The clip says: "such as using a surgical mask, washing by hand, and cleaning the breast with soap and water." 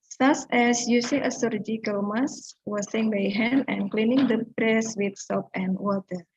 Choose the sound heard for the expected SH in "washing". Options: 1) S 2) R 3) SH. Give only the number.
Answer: 1